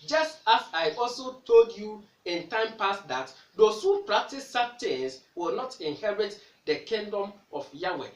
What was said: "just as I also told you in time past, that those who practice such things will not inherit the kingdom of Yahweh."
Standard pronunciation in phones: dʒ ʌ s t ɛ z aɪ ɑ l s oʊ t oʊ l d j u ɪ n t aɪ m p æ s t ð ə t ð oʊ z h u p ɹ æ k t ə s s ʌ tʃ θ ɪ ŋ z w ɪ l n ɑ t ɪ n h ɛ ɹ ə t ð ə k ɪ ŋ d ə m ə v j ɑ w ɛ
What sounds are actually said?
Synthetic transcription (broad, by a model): dʒ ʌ s t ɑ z aɪ ɑ l s oʊ t oʊ l d j u ɪ n t aɪ m p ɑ s t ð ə t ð oʊ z h u p ɹ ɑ k t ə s s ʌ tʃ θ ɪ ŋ s w ɪ l n ɑ t ɪ n h ɛ ɹ ə t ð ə k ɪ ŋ d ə m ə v j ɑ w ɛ